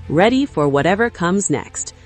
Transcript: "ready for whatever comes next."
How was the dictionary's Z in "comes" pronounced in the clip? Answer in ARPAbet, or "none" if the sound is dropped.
Z